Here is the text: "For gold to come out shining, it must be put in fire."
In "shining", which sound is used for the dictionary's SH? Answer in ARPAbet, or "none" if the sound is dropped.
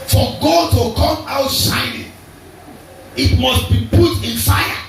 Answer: S